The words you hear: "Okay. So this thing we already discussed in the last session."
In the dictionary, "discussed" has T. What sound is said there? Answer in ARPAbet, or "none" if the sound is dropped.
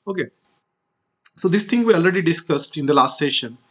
T